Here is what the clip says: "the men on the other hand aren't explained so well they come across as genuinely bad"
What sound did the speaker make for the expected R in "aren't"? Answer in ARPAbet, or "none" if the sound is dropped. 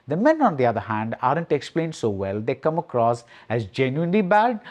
R